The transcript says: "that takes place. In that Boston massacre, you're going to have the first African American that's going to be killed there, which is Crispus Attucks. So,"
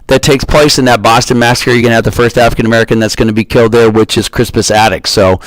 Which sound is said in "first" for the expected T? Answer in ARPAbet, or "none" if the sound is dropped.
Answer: T